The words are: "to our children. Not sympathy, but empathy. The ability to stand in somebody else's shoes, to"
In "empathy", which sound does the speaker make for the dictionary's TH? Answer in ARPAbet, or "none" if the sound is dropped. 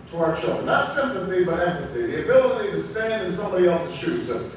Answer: TH